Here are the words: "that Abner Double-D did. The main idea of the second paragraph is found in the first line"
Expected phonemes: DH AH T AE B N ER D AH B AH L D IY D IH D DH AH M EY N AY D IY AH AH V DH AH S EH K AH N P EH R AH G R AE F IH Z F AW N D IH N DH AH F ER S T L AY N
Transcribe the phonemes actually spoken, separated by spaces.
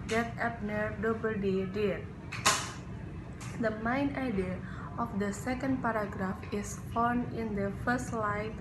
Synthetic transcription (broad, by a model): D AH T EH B N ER D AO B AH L D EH D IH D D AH M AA N AY D IY AH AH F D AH S EH K AH N P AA R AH G R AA F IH S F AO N IH N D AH F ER S T L AY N